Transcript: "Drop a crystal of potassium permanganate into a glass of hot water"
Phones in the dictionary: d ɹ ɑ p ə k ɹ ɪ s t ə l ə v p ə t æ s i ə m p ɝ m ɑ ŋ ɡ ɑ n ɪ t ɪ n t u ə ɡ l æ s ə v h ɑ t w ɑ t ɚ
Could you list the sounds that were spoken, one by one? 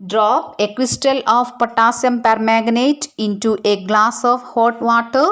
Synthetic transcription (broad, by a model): d ɹ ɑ p ə k w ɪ s t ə l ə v p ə t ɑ s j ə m p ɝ m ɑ ɡ n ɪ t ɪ n t u ə ɡ l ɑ s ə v h ɑ t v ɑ t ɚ